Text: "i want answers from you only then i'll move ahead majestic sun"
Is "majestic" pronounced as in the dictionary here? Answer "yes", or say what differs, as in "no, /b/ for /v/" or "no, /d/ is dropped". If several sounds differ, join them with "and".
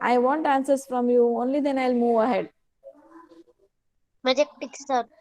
no, /s/ is dropped